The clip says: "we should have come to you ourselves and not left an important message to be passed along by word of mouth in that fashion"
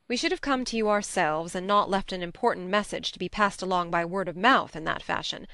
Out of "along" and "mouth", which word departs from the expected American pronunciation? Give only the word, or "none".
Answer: none